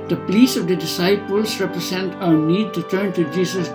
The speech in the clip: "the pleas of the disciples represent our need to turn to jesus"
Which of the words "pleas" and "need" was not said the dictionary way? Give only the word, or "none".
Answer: pleas